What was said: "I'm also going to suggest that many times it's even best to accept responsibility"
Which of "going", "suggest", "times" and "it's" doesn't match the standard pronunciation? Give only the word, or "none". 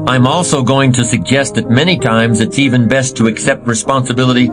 none